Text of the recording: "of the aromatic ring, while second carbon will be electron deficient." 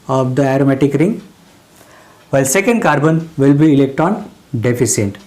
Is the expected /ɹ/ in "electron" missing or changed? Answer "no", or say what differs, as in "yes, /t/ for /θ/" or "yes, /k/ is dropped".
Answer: yes, /ɹ/ is dropped